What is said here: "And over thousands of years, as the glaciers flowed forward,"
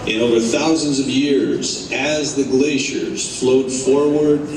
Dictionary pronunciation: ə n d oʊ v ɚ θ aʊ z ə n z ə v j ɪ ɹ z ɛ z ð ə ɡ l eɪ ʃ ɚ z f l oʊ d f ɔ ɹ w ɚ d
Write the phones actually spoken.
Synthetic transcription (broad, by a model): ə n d oʊ v ɚ θ aʊ z ə n z ə v j ɪ ɹ z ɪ z ð ə ɡ l eɪ ʃ ɚ z f l oʊ d f ɔ ɹ w ɚ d